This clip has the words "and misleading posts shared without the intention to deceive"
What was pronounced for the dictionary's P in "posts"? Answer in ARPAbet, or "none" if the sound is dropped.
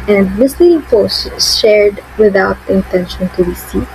F